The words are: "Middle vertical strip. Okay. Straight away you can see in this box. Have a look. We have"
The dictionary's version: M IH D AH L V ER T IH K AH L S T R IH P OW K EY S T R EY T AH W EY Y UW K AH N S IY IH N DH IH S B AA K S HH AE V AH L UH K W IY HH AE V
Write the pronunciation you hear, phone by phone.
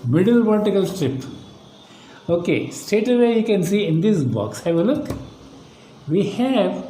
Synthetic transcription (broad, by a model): M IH D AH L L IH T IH K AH L S T R IH P OW K EY S T EY T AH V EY Y UW K AH N S IY IH N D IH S B AA K S HH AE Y AH L UH K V IY HH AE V